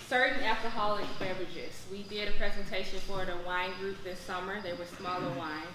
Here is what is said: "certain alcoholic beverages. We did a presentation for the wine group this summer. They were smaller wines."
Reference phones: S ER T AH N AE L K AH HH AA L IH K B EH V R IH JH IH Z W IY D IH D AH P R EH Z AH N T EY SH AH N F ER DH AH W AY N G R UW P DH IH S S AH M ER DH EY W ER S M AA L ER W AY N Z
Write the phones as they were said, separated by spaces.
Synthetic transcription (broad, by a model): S ER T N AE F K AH HH AA L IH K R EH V IH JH IH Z W IY D IH D AH P R EH Z AH N T EY SH AH N F ER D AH W AY N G R UW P DH IH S S AH M ER DH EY W ER S M AA L ER W AY N